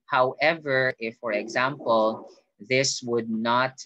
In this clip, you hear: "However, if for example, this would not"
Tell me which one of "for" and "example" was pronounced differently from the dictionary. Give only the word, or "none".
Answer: none